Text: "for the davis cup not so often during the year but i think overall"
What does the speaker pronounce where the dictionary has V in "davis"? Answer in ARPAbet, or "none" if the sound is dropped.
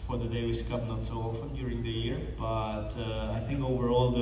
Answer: W